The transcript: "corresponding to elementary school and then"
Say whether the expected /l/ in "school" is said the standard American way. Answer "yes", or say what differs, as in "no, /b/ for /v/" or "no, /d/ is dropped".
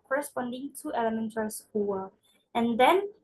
no, /w/ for /l/